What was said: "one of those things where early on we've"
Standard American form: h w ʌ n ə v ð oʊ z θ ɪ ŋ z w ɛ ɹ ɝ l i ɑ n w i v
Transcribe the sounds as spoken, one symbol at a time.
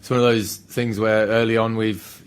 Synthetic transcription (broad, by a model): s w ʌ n ə v ð oʊ z θ ɪ ŋ z w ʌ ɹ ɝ l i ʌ n w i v